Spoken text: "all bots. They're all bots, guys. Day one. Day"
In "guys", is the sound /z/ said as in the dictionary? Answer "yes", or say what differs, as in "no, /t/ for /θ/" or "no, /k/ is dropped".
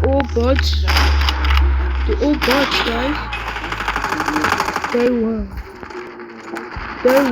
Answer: no, /z/ is dropped